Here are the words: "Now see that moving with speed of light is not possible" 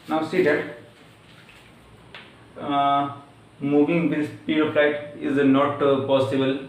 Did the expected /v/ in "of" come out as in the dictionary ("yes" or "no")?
no